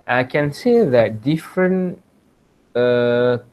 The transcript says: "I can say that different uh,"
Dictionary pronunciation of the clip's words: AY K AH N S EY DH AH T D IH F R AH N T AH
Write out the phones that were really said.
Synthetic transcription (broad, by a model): AY K AH N S EY DH AH T D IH F R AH N AH